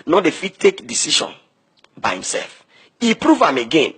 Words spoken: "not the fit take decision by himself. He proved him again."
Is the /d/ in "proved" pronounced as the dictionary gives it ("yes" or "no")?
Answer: no